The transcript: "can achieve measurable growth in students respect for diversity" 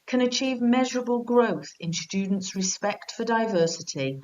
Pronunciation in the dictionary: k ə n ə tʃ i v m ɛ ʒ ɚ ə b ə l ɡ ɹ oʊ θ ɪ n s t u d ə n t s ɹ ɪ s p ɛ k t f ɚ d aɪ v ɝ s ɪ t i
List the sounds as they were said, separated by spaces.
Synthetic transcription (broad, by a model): k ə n ə tʃ i v m ɛ ʒ ɚ ə b ə l ɡ ɹ oʊ θ ɪ n s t u d n t s ɹ ɪ s p ɛ k t f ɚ d aɪ v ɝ s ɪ t i